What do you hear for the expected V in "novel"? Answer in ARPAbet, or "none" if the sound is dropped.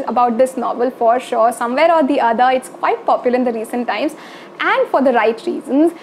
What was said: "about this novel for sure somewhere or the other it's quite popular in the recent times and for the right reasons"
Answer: V